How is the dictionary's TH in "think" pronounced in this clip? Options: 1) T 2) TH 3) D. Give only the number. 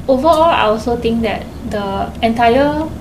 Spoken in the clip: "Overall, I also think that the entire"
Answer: 1